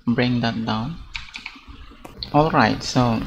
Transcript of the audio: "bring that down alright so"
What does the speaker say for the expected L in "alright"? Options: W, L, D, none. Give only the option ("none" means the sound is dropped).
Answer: L